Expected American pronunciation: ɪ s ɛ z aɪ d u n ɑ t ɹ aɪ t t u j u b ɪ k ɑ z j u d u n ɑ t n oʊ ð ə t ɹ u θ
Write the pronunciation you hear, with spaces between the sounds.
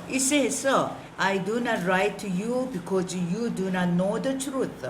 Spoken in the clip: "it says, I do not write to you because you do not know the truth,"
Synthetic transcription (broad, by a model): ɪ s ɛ s aɪ d u n ɑ t ɹ aɪ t t u j u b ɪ k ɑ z j u d u n ɑ t n oʊ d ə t ɹ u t